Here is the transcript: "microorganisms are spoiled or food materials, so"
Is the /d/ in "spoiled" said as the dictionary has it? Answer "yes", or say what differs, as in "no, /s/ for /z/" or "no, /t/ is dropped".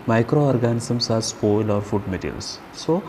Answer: no, /d/ is dropped